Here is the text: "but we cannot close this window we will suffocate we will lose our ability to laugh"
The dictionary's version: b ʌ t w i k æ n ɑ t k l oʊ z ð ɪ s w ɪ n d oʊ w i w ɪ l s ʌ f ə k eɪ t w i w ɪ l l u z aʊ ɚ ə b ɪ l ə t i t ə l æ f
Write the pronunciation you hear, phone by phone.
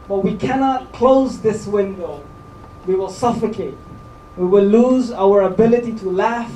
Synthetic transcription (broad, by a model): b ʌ t w i k æ n ɑ t k l oʊ z ð ɪ s w ɪ n d oʊ w i w ɪ l s ʌ f ə k eɪ t w i w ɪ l l u z aʊ ɚ ə b ɪ l ə t i t ə l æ f